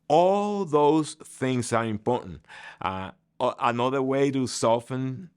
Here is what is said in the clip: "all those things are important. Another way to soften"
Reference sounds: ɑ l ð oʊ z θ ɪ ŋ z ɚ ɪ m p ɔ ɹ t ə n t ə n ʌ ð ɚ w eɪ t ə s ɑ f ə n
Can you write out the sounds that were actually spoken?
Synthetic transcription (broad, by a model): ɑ l ð oʊ z θ ɪ ŋ z ɚ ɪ m p ɔ ɹ t n t ə n ʌ ð ɚ w eɪ t ə s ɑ f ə n